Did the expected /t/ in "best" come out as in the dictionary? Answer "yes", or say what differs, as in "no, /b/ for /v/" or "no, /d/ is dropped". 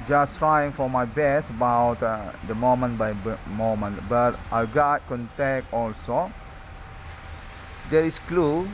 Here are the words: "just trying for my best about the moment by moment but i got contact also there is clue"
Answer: no, /t/ is dropped